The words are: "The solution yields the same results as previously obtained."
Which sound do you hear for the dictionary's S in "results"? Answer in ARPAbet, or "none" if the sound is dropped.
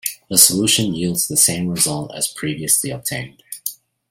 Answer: none